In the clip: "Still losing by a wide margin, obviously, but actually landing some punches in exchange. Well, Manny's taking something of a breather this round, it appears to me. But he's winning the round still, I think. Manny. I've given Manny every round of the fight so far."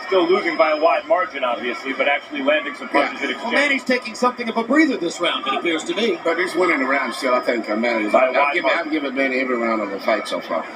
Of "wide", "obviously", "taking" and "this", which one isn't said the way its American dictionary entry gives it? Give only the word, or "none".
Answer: none